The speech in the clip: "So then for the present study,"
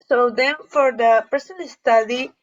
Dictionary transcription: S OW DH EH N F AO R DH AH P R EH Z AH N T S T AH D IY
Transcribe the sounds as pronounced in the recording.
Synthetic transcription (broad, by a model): S OW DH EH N F AO R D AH P EH S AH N S T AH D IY